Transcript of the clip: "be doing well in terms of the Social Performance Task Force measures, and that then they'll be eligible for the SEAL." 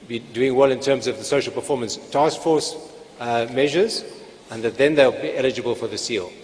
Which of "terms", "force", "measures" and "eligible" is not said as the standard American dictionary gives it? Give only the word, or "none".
none